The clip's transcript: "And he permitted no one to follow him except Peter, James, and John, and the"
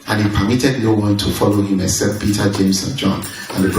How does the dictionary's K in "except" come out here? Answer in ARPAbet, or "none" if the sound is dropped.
none